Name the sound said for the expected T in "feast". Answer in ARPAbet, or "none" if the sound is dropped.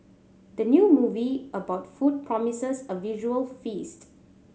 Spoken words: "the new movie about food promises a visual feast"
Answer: T